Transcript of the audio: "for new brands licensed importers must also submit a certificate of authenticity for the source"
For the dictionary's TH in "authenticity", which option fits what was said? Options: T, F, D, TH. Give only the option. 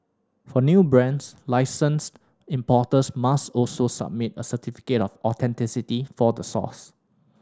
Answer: T